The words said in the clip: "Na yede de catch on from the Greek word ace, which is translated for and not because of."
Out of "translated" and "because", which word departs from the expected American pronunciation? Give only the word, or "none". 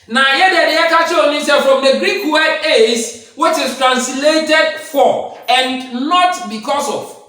because